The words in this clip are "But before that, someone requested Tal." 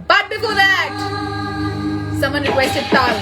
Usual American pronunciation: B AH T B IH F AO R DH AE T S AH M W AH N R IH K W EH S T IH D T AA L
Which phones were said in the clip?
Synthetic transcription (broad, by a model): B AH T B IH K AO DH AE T S AH M W AH N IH W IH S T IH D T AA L